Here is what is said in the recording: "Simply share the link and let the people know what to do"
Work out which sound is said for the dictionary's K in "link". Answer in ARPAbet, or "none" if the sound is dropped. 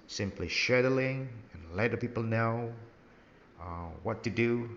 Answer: none